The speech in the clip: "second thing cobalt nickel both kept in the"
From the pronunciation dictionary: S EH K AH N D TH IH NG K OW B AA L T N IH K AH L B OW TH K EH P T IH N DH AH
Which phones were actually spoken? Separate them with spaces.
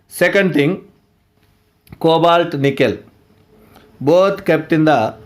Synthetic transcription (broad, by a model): S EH K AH N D T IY NG K OW B AA L T N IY K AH L B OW T K EH P T IH N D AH